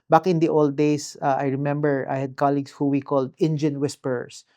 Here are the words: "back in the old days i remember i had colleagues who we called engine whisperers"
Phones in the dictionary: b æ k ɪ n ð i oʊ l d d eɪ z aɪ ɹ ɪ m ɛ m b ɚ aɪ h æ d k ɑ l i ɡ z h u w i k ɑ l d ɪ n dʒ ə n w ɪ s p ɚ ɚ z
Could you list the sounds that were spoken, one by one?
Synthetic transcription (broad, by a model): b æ k ɪ n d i oʊ l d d eɪ s aɪ ɹ ɪ m ɛ m b ɚ aɪ h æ d k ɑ l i ɡ s h u w i k ɑ l d ɪ n dʒ ə n w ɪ s p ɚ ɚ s